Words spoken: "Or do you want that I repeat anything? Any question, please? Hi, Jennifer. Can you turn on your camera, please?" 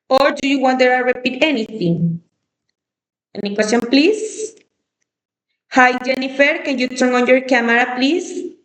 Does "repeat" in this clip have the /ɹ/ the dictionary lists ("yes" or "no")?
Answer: yes